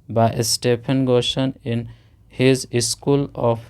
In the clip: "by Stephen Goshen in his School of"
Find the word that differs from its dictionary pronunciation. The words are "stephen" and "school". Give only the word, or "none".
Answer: stephen